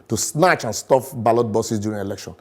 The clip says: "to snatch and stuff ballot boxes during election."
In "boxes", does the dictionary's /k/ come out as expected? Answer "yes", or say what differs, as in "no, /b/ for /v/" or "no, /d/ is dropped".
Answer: no, /k/ is dropped